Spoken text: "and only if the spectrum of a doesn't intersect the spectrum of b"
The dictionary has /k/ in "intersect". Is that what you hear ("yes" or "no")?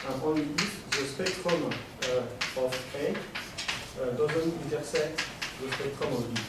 no